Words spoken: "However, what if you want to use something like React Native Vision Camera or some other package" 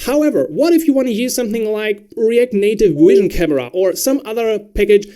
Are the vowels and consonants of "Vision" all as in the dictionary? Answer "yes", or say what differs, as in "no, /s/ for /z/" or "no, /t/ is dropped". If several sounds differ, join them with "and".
no, /w/ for /v/